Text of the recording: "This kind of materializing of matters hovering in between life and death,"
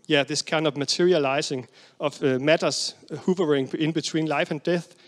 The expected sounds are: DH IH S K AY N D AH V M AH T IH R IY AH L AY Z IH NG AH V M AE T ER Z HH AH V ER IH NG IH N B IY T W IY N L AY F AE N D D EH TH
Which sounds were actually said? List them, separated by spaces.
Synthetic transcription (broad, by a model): DH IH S K AY N D AH V M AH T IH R IY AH L AY S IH NG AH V M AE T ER S HH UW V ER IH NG IH N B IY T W IY N L AY F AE N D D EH TH